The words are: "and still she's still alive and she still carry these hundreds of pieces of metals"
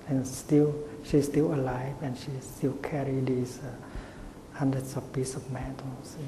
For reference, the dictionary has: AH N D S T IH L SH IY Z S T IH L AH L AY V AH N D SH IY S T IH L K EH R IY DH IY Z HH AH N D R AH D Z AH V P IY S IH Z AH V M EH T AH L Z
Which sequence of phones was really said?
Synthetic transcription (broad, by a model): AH N S T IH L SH IY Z S T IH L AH L AY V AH N SH IY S T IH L K EH R IY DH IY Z HH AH N D R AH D S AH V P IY S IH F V M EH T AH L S